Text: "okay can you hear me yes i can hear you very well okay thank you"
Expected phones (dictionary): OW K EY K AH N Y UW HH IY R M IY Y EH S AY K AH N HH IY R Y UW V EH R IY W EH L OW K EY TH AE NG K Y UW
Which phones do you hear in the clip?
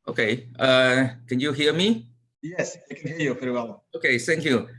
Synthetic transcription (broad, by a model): OW K EY K AH N Y UW HH IY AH M IY Y EH S AY K AH N HH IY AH Y UW F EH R W EH L OW K EY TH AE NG K Y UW